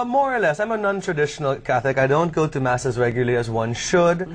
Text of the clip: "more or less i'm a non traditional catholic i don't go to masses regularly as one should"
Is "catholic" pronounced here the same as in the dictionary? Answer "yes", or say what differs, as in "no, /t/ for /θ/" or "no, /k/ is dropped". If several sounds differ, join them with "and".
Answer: no, /l/ is dropped